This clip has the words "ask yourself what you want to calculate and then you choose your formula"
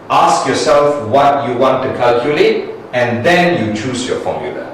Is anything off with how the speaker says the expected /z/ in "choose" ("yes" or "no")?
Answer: yes